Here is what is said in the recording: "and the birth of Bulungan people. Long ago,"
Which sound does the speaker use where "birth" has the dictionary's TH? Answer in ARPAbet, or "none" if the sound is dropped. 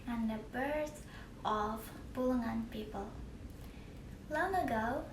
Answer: S